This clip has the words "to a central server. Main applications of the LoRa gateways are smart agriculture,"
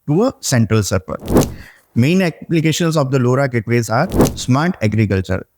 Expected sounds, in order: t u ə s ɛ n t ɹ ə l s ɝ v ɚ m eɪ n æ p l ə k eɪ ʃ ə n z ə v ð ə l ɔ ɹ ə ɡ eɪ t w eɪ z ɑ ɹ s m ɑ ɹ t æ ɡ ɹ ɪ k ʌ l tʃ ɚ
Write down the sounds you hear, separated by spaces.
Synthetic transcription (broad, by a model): t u ə s ɛ n t ɹ ə l s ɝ p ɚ m eɪ n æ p l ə k eɪ ʃ ə n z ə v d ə l ɔ ɹ ə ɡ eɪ t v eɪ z ɑ ɹ s m ɑ ɹ t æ ɡ ɹ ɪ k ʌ l tʃ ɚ